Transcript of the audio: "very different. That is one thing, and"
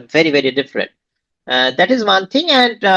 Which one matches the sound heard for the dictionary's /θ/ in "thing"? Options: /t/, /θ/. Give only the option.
/t/